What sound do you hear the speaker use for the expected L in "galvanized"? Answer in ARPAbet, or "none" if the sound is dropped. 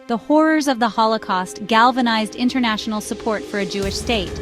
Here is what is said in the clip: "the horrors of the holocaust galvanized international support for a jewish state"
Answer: L